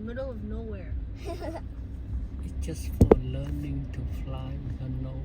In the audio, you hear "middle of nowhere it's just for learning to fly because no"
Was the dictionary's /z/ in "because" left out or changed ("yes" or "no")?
yes